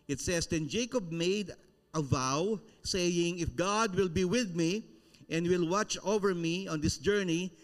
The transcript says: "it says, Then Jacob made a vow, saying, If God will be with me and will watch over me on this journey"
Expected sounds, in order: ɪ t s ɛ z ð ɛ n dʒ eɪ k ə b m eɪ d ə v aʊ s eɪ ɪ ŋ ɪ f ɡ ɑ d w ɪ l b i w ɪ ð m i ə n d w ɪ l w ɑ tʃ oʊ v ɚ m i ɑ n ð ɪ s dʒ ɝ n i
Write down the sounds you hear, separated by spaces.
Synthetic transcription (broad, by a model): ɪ t s ɛ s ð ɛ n dʒ eɪ k ə b m eɪ d ə v aʊ s eɪ ɪ ŋ ɪ f ɡ ɑ d w ɪ l b i w ɪ ð m i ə n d w ɪ l w ɑ tʃ oʊ v ɚ m i ɑ n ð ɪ s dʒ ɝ n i